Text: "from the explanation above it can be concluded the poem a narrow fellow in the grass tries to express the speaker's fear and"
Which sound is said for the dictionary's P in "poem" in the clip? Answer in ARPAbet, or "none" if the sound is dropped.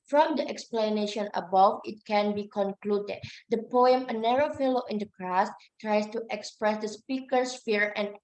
P